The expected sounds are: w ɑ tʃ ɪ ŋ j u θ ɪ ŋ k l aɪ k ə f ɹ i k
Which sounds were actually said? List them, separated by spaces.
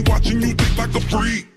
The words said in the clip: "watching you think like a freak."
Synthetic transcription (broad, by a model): w ɑ tʃ ɪ ŋ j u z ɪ k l aɪ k ə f ɹ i